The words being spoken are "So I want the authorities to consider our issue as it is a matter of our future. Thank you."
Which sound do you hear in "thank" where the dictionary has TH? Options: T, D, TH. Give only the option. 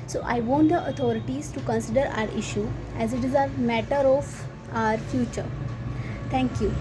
T